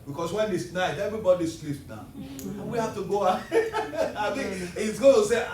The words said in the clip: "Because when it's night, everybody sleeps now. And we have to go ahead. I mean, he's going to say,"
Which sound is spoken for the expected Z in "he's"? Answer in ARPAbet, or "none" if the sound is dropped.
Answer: S